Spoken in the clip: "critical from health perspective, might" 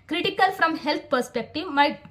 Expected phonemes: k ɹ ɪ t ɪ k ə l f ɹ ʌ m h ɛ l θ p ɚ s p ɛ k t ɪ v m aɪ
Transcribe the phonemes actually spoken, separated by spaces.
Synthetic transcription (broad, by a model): k ɹ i t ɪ k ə l f ɹ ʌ m h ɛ l t p ɚ s p ɛ k t ɪ v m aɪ